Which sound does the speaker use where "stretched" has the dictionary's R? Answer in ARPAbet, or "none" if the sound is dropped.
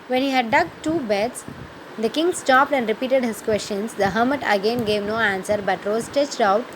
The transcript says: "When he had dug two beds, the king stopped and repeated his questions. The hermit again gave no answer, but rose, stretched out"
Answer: none